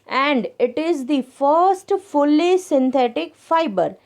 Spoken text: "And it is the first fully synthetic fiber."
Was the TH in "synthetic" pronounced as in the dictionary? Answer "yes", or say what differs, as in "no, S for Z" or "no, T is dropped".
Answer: no, T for TH